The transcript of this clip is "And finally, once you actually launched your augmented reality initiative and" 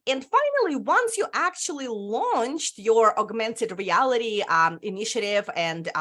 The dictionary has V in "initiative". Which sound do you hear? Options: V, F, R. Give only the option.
V